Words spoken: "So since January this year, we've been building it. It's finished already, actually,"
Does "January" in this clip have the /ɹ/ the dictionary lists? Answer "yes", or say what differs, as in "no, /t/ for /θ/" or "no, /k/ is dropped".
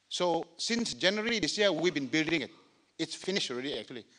no, /l/ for /ɹ/